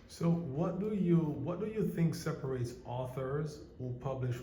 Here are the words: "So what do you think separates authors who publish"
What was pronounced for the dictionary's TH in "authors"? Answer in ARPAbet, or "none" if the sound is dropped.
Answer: TH